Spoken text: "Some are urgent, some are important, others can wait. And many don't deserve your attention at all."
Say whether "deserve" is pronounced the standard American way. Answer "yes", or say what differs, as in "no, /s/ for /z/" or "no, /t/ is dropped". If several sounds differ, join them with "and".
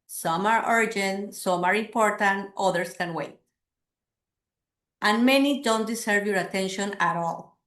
no, /s/ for /z/